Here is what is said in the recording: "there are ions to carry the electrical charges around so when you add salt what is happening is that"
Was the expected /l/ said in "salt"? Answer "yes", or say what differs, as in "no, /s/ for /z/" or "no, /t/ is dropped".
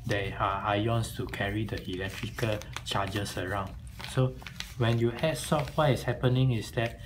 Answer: no, /l/ is dropped